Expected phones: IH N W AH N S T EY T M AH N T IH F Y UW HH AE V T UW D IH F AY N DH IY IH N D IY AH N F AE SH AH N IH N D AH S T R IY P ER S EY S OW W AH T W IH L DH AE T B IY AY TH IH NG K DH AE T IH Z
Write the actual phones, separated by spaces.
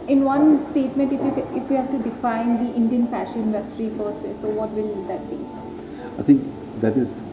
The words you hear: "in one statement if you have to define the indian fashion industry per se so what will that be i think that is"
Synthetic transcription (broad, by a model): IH N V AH N S T EY T M AH N T IH F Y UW HH AE V T UW D IH F AY N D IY IH N D IY AH N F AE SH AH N IH N D AH S T R IY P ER S EY S OW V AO T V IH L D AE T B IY AY T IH NG K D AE T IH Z